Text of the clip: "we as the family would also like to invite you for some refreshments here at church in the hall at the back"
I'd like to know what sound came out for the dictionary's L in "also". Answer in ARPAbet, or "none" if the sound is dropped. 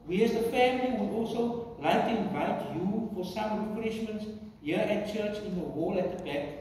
L